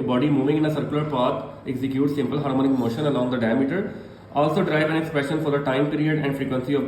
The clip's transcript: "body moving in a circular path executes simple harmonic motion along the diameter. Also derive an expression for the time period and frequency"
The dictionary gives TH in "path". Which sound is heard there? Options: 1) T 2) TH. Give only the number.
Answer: 1